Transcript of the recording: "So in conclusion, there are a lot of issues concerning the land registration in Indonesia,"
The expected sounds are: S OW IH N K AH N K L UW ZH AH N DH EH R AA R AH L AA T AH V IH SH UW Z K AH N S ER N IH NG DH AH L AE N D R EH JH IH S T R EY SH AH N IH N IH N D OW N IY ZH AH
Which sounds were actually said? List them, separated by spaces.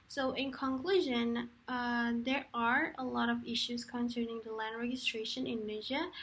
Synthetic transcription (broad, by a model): S OW IH N K AH N K L UW ZH AH N DH EH R AA R AH L AA T AH V IH SH UW Z K AH N S ER N IH NG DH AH L AE N D R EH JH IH S T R EY AH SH IH N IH N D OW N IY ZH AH